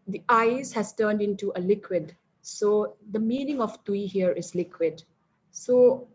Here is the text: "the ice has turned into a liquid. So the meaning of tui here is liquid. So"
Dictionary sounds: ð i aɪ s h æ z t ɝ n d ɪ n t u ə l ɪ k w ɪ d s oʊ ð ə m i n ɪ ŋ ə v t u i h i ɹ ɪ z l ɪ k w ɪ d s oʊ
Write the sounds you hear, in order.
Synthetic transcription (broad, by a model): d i aɪ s h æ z t ɝ n d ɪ n t u ə l ɪ k w ɪ d s oʊ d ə m i n ɪ ŋ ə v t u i h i ɹ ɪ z l ɪ k w ɪ d s oʊ